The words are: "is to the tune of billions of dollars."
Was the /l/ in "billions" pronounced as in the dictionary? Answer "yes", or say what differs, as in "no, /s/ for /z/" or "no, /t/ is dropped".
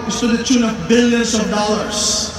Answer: yes